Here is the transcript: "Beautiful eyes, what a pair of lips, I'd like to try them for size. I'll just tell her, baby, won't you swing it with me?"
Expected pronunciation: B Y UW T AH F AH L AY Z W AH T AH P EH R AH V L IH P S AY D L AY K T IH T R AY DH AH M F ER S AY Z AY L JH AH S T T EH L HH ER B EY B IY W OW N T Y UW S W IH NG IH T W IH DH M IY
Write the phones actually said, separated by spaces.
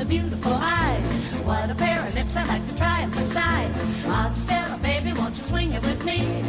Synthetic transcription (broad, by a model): B Y UW T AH F L AY Z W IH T AH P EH R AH L IH P S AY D L AY K T IH T R AY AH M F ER S AY Z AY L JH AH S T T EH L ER B EY B IY W OW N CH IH S W IH NG IH T W IH DH M IY